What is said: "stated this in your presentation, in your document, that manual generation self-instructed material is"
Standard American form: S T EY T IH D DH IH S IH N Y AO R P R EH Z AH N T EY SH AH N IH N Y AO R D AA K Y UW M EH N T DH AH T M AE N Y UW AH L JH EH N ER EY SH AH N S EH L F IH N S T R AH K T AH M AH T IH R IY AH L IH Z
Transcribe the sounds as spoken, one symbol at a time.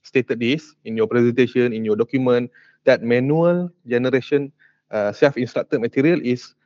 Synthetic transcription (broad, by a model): S T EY T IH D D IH S IH N Y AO P R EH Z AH N T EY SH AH N IH N Y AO D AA K Y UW M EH N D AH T M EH N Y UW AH L JH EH N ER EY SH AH N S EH F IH N S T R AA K T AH M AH T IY R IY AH L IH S